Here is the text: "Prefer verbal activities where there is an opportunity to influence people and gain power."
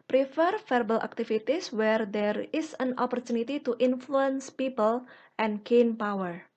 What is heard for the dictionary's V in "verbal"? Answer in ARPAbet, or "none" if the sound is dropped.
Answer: F